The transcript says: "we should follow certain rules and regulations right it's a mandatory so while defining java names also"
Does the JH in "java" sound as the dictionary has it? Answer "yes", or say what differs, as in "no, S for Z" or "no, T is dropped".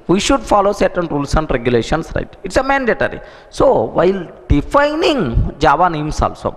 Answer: yes